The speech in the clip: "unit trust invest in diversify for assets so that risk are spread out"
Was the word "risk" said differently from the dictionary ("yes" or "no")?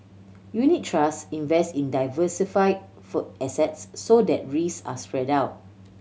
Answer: yes